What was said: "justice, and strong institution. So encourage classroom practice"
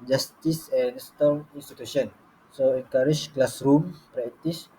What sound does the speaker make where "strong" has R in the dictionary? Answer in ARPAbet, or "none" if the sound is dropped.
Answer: none